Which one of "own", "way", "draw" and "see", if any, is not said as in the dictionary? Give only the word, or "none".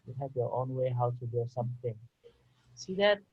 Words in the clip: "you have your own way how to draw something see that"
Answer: draw